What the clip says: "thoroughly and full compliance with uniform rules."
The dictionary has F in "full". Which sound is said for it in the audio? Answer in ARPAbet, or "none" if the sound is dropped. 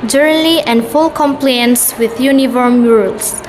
F